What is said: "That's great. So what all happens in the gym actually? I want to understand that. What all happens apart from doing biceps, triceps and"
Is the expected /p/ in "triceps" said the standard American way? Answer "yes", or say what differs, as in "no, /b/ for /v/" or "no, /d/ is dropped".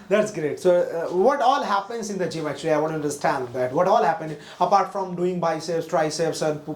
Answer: no, /p/ is dropped